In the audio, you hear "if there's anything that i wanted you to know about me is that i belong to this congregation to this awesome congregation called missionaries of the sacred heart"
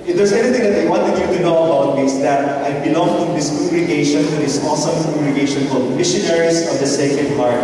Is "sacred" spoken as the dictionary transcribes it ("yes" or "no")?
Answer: no